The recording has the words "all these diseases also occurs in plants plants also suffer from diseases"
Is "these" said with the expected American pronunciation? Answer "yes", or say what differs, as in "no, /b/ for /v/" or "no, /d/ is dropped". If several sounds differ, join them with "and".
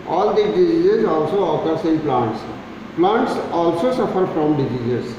no, /z/ is dropped